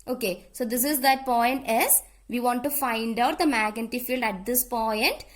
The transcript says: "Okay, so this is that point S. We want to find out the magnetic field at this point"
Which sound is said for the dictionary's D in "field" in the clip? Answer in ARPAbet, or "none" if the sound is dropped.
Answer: D